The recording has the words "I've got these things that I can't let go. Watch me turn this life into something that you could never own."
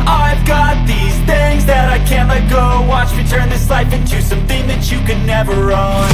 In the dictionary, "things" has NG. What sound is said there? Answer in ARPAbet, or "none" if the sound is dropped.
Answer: NG